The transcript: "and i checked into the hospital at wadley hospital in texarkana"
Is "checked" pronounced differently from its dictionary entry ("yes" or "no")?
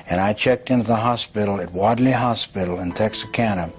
no